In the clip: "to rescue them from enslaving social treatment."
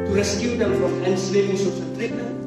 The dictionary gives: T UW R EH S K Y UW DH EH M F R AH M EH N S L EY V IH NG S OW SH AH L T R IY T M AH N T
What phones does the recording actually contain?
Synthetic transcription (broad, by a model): T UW R EH S K Y UW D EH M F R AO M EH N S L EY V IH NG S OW S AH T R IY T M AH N